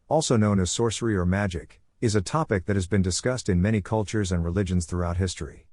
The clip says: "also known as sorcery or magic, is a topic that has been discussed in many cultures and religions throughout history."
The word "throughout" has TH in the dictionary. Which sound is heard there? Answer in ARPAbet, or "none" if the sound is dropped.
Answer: TH